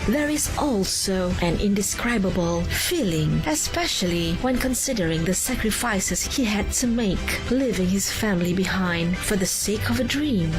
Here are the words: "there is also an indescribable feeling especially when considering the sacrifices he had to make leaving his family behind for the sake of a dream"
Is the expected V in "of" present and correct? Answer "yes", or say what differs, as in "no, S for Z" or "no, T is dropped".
yes